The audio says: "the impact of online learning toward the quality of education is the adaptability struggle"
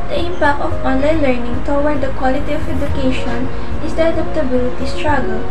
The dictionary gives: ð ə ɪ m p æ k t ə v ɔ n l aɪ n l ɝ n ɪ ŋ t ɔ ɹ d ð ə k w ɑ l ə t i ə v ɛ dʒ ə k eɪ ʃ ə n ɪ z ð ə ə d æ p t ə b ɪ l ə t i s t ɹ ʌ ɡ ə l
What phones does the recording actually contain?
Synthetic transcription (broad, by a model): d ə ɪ m p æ k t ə f ɔ n l aɪ n l ɝ n ɪ ŋ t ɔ w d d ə k w ɑ l ə t i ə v ɛ dʒ ə k eɪ ʃ ə n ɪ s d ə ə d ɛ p t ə b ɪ l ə t i s t ɹ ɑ ɡ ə l